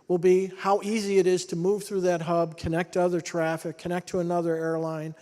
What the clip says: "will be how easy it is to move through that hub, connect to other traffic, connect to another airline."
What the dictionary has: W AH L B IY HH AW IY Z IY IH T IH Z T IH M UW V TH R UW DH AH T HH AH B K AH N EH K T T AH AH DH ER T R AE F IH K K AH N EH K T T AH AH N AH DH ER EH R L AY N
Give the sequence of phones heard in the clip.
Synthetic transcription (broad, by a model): W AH L B IY HH AW IY Z IY IH T IH Z T IH M UW V TH R UW DH AH T HH AH B K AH N EH K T T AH AH DH ER T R AE F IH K K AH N EH K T T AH AH N AH DH ER EH R L AY N